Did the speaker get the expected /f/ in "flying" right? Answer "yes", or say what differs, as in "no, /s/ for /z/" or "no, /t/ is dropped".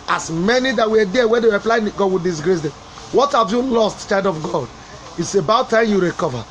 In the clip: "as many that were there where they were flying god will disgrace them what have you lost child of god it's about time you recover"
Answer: no, /p/ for /f/